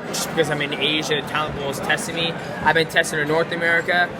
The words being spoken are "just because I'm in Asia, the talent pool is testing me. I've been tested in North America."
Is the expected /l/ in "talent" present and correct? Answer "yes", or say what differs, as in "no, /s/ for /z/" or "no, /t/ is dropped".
no, /l/ is dropped